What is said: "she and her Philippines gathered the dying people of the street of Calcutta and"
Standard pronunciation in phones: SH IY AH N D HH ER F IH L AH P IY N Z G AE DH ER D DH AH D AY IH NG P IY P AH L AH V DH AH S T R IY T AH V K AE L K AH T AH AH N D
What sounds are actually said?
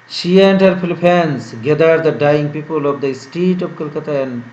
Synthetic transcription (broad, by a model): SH IY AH N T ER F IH L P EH N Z G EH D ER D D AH D AY IH NG P IY P AH L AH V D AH S T IY T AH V K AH L K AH T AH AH N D